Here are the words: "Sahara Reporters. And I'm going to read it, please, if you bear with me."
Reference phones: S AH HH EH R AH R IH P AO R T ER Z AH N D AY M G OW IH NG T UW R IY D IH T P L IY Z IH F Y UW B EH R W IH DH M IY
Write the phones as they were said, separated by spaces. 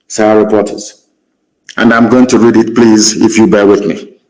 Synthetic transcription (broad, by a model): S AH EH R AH R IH P AO T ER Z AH N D AY M G OW IH NG T UW R IY D IH T P L IY Z IH F Y UW B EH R W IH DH M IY